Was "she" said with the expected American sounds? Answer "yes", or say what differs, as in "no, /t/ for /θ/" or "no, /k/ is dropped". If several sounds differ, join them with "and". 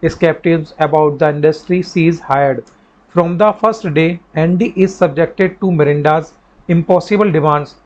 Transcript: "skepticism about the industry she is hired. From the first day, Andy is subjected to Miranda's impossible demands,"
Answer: no, /s/ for /ʃ/